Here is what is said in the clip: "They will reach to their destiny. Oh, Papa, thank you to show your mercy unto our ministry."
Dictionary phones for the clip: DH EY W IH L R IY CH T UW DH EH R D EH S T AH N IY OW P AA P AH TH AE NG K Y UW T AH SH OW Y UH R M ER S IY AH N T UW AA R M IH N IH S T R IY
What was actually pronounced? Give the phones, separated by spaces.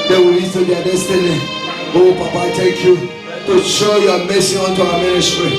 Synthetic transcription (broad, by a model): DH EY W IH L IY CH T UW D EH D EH S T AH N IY OW P AA P AH T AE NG K Y UW T AH SH OW Y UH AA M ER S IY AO N T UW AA M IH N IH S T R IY